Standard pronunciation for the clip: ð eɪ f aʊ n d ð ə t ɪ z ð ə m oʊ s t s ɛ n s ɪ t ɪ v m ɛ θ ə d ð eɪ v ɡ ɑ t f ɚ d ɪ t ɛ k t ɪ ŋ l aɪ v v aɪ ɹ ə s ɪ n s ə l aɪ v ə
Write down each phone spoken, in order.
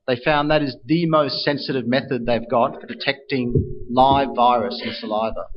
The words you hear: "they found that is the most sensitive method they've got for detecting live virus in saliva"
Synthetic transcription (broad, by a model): ð eɪ f aʊ n ð ə t ɪ z ð ə m oʊ s t s ɛ n s ɪ t ɪ v m ɛ θ ə d ð eɪ v ɡ ɑ t f ɚ d ɪ t ɛ k t ɪ ŋ l aɪ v v aɪ ɹ ə s ɪ n s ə l aɪ v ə